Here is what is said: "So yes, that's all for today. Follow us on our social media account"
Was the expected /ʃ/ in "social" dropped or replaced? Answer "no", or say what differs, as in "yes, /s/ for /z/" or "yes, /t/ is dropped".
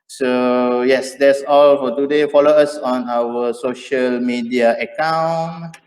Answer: no